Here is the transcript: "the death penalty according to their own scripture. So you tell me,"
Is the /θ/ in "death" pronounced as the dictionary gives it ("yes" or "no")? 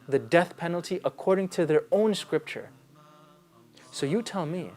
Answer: yes